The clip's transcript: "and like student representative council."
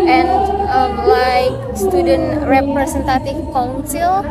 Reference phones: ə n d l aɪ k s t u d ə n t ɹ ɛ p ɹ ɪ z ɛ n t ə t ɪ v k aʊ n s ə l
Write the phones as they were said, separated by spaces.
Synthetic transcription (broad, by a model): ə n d l aɪ k s t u d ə n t ɹ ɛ p ɹ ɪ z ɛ n t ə t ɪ f k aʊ n s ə l